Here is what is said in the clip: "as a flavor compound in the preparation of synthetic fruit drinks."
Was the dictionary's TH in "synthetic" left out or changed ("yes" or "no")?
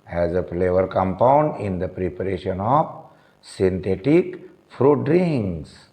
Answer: yes